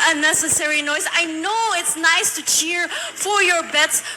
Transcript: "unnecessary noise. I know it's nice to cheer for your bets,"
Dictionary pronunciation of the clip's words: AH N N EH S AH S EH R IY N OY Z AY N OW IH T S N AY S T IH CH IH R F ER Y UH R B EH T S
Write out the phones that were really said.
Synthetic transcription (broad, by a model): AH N N EH S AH S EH R IY N OY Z AY N OW IH T S N AY S T IH CH IH R F ER Y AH R B EH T S